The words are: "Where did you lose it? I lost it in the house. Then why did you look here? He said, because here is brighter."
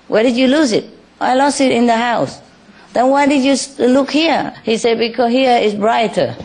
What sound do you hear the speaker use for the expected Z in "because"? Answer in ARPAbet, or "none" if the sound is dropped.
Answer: none